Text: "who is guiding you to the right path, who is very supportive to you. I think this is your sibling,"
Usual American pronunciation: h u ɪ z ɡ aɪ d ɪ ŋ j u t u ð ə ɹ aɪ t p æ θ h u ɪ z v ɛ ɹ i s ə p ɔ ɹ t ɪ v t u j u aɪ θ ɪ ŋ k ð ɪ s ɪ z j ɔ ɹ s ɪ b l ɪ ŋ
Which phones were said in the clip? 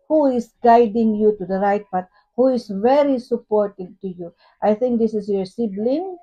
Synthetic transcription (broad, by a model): h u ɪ s ɡ aɪ d ɪ ŋ j u t u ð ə ɹ aɪ t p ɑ t h u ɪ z v ɛ ɹ i s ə p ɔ ɹ t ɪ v t u j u aɪ θ ɪ ŋ k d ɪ s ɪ s j ɔ ɹ s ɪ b l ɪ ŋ